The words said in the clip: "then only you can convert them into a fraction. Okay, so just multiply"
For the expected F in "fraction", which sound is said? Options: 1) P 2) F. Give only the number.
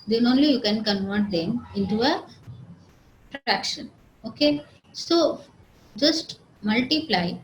1